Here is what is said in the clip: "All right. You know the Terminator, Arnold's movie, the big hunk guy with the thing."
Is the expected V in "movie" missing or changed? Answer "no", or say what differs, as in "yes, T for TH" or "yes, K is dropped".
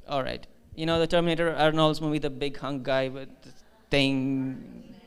yes, B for V